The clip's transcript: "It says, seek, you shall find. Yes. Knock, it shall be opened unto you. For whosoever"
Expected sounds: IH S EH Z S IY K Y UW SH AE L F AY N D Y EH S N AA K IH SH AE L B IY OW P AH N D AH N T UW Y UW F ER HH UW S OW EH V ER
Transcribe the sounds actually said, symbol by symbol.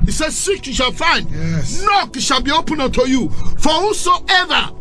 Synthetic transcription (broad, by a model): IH S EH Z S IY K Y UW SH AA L F AY N D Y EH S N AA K IH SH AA B IY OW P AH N AH T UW Y UW F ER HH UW S OW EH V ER